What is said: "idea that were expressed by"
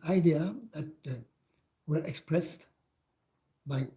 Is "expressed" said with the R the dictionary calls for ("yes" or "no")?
yes